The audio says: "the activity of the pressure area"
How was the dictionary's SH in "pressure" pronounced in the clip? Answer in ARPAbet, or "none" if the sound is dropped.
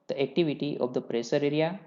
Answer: S